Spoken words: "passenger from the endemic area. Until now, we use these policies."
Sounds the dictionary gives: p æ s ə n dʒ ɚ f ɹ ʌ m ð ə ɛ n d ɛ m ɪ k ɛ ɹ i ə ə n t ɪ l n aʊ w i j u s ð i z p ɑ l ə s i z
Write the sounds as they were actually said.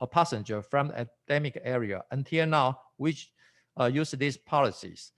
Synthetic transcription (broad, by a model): p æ s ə n dʒ ɚ f ɹ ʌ m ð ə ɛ d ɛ m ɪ k ɛ ɹ i ə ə n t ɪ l n aʊ w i j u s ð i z p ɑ l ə s i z